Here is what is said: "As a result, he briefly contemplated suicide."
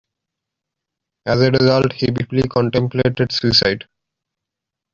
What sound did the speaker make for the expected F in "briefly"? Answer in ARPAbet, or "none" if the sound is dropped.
P